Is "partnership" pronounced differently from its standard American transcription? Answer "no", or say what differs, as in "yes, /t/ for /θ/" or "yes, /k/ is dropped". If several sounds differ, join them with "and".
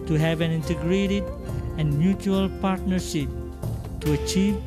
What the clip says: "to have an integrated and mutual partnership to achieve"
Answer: no